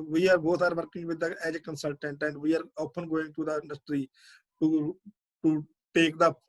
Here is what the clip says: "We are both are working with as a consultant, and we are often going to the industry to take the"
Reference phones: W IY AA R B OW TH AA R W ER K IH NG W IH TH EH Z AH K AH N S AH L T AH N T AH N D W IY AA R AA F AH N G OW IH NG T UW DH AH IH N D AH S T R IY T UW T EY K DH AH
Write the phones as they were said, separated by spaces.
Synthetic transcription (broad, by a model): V IY AA R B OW T AA R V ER K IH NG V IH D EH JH AH K AH N S AH L T AH N T AH N D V IY AA R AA P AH N G OW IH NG T UW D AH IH N D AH S T R IY T UW T EY K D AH